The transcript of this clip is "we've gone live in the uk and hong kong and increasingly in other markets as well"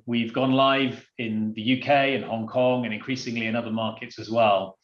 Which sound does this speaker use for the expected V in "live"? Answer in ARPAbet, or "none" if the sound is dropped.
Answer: V